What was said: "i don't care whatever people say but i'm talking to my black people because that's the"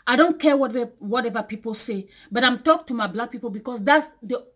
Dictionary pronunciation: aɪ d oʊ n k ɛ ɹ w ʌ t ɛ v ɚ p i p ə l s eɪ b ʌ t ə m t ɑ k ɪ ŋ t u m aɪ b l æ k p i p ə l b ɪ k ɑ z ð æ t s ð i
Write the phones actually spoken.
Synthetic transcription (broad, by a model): aɪ d oʊ n k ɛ w w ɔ t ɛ v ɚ p i p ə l s eɪ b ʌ t ə m t ɑ k t u m aɪ b l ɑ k p i p ə l b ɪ k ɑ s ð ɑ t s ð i